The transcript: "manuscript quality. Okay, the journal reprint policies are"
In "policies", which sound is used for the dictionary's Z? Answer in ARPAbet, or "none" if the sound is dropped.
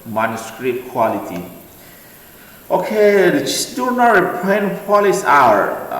none